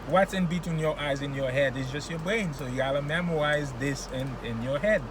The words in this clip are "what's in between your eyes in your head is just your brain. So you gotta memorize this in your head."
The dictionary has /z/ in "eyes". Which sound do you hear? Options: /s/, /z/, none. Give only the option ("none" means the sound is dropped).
/z/